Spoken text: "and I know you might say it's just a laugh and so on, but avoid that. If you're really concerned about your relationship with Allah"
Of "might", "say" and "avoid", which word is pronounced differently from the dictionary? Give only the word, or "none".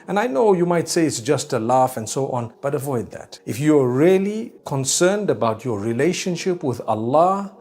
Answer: none